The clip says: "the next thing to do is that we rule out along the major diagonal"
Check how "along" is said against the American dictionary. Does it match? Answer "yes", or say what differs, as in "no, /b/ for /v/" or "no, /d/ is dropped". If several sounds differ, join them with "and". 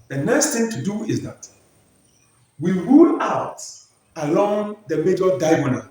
yes